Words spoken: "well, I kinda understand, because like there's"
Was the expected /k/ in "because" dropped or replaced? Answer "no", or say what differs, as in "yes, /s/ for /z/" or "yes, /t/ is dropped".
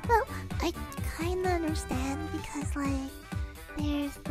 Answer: no